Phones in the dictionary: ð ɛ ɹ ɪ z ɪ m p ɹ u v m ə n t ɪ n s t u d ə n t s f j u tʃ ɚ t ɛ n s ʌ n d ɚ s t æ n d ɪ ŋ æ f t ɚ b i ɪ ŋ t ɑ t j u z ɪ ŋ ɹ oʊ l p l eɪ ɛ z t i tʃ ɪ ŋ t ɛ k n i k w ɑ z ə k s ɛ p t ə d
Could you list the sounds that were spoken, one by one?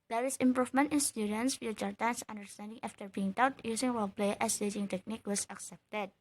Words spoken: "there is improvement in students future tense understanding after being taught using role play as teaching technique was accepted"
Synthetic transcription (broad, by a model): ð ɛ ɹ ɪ s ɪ m p ɹ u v m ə n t ɪ n s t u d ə n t s f j u tʃ ɚ t ɛ n s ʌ n d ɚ s t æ n d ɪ ŋ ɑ f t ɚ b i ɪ ŋ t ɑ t j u s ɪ ŋ w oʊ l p l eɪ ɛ s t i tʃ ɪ ŋ t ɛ k n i k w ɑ s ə k s ɛ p t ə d